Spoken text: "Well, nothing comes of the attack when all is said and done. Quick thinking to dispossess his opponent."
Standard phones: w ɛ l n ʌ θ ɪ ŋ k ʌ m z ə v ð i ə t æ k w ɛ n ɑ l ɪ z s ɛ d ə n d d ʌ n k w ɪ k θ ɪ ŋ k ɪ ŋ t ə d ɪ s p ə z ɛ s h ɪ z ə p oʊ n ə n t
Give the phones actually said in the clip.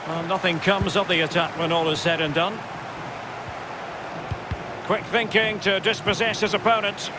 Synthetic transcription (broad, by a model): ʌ n ʌ θ ɪ ŋ k ʌ m z ə v ð i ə t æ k w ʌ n ɑ l ɪ z s ɛ d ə n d d ʌ n k w ɪ k θ ɪ ŋ k ɪ ŋ t ə d ɪ s p ə z ɛ s h ɪ z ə p oʊ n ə n t